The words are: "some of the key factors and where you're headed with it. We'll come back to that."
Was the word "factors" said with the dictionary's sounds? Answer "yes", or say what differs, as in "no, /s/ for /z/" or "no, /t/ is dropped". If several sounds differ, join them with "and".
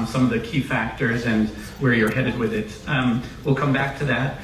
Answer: yes